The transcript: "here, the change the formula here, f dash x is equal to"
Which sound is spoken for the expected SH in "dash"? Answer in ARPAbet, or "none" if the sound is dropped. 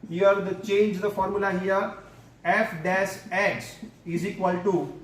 S